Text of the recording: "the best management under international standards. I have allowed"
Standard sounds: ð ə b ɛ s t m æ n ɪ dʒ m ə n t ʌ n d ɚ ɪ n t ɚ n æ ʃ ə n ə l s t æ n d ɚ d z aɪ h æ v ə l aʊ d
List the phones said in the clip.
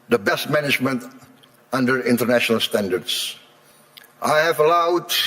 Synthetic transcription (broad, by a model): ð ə b ɛ s t m æ n ɪ dʒ m ə n t ʌ n d ɚ ɪ n t ɚ n æ ʃ ə n ə l s t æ n d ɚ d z aɪ h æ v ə l aʊ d